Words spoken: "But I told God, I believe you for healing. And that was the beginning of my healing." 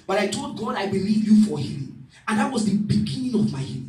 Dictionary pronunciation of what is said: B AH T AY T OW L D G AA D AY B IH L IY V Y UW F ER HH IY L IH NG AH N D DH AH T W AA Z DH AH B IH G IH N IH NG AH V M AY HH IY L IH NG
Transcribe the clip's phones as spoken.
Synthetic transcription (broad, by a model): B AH T AY T OW L D G AA D AY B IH L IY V Y UW F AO HH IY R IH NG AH N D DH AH T W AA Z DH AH B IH G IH N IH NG AH V M AY HH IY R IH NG